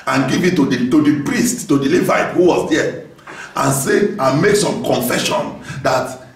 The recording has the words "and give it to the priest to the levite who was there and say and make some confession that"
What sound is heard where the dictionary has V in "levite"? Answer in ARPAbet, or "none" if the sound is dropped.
V